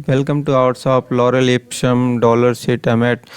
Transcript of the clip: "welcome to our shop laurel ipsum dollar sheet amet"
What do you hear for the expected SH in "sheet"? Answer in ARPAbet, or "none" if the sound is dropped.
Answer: S